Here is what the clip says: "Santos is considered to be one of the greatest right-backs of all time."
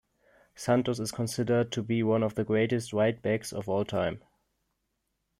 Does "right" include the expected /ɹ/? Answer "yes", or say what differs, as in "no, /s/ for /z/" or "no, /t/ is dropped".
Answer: no, /w/ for /ɹ/